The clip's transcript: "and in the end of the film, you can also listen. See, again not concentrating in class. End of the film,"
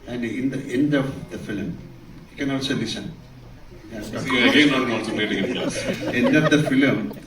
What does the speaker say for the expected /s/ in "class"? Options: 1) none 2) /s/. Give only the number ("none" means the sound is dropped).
1